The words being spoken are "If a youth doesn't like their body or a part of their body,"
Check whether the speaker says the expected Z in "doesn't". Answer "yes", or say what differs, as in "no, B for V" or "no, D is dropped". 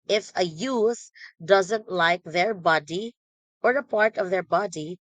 yes